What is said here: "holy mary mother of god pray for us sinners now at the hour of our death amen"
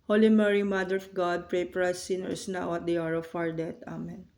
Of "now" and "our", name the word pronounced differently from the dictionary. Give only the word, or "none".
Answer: none